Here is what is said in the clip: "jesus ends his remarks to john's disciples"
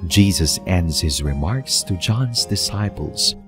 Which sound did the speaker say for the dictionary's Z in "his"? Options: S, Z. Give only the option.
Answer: Z